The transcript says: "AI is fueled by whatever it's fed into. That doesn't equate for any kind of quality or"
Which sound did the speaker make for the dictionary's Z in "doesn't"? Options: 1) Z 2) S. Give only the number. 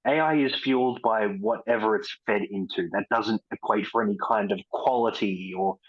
1